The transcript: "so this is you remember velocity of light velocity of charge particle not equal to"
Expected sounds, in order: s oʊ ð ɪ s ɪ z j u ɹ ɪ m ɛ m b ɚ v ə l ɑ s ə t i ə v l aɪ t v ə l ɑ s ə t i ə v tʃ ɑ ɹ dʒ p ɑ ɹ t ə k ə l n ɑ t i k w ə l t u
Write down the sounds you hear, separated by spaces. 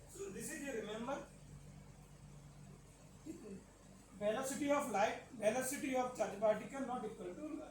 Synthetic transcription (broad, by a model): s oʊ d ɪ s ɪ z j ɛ ɹ ɪ m ɛ m b ɚ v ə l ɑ s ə t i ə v l aɪ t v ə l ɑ s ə t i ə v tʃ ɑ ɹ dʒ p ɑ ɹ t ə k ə n n ɑ t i k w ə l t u